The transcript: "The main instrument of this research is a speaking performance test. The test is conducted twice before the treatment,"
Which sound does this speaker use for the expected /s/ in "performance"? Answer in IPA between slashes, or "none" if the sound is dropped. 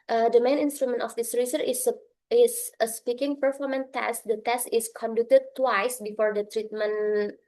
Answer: none